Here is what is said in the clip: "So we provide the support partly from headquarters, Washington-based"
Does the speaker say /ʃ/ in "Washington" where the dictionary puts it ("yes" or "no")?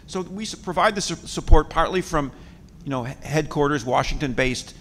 yes